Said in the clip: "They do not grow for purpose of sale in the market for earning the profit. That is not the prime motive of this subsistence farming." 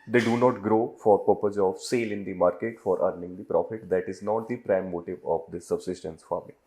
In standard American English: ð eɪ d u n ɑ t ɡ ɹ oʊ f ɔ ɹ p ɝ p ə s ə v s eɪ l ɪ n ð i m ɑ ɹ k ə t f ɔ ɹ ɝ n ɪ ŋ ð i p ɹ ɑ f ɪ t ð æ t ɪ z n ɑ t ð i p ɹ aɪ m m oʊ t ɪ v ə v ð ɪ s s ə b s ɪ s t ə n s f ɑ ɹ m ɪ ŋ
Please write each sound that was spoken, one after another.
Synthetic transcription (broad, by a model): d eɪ d u n ɑ t ɡ ɹ oʊ f ɔ ɹ p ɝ p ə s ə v s eɪ l ɪ n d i m ɑ ɹ k ə t f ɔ ɹ ɝ n ɪ ŋ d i p ɹ ɑ f ɪ t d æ t ɪ z n ɑ t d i p ɹ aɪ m m oʊ t ɪ v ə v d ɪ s s ə b s ɪ s t ə n s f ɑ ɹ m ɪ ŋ